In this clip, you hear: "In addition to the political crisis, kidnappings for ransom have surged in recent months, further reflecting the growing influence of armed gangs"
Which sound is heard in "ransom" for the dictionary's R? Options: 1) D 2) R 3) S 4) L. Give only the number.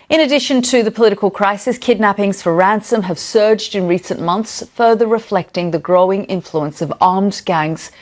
2